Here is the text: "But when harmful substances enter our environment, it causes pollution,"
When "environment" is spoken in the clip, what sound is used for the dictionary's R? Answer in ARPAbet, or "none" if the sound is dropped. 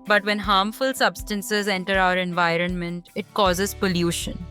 R